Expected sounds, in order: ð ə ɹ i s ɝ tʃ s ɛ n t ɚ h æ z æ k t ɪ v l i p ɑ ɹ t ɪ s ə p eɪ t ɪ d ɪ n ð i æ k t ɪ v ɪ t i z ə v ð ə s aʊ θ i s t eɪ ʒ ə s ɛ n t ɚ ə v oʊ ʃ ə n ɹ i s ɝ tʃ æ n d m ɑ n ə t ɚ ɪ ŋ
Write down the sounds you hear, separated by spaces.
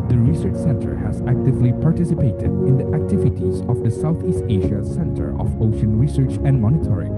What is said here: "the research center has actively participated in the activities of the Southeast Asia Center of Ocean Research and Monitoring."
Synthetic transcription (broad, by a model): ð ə ɹ i s ɝ tʃ s ɛ n t ɚ h æ z æ k t ɪ v l i p ɑ ɹ t ɪ s ə p eɪ t ɪ d ɪ n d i æ k t ɪ v ɪ t i z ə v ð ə s aʊ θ i s t eɪ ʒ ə s ɛ n t ɚ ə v oʊ ʃ ə n ɹ i s ɝ tʃ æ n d m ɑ n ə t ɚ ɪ ŋ